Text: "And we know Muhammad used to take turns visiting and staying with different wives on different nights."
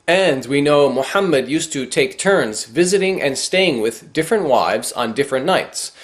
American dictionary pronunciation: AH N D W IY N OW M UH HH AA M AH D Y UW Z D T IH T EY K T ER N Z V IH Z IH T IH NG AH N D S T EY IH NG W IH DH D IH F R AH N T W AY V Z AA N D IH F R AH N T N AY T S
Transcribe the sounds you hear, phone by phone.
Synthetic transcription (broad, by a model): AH N D W IY N OW M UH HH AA M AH D Y UW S T IH T EY K T ER N Z V IH Z IH T IH NG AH N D S T EY IH NG W IH DH D IH F R AH N T W AY V Z N D IH F R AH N N AY T S